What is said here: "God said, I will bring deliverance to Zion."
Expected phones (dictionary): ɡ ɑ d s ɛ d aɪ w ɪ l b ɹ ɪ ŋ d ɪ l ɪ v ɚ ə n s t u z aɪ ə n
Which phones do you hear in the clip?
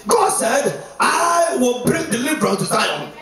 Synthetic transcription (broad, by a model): ɡ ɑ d s ɛ d aɪ w ɪ l b ɹ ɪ ŋ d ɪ l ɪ b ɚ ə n t u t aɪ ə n